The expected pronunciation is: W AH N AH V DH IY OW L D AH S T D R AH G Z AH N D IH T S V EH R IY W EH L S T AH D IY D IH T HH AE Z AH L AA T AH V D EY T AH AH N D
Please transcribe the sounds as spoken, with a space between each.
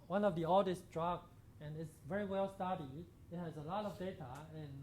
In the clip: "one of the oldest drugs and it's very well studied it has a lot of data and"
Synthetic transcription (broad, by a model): W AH N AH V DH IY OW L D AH S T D R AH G AH N IH T S V EH R IY W EH L S T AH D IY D IH T HH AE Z AH L AA T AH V D EY T AH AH N